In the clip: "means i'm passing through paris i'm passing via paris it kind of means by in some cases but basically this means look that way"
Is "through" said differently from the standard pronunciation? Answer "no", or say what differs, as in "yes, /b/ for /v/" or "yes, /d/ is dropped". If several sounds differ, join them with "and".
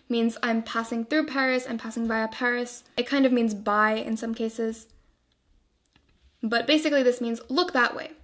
no